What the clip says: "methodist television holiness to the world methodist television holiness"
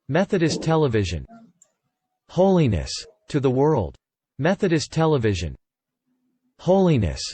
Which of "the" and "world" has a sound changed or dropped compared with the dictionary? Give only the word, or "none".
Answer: none